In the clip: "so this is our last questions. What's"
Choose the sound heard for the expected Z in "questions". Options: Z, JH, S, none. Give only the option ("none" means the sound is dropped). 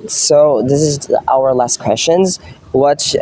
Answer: Z